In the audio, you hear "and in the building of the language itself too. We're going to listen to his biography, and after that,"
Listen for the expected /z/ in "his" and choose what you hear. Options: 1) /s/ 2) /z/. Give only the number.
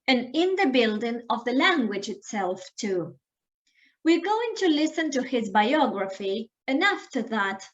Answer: 2